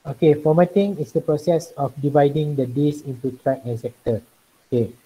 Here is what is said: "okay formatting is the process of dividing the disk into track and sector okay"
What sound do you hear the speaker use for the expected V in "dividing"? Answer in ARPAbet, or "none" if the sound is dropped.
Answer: V